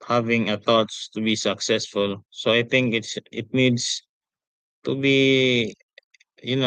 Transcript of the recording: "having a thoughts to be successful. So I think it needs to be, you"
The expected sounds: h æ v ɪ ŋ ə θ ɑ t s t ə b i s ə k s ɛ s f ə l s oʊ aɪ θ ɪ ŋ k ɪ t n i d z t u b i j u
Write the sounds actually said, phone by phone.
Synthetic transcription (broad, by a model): h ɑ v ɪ ŋ ə t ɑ t s t ə b i s ə k s ɛ s f ə l s oʊ aɪ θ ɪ ŋ k ɪ t n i d s t u b i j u